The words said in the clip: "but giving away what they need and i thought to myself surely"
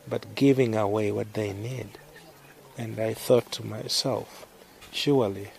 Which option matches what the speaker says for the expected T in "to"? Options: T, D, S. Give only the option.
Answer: T